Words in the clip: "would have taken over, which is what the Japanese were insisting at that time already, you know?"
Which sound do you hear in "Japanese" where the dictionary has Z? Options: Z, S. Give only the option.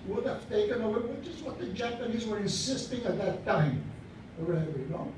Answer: Z